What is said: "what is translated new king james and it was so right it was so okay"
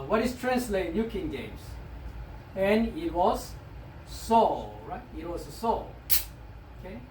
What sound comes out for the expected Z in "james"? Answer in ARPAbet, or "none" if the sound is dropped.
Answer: S